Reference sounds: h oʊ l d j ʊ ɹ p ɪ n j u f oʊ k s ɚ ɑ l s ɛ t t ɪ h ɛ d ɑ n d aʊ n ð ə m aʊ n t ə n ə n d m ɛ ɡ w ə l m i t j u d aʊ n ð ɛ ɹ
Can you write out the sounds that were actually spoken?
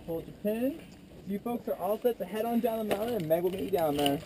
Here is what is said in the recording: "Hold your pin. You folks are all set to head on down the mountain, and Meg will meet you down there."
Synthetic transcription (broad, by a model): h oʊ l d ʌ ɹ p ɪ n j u f oʊ k s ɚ ɑ l s ɛ t s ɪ h ɛ d n d aʊ n ð ə m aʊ t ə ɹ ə n m ɛ ɡ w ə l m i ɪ d aʊ n ð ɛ ɹ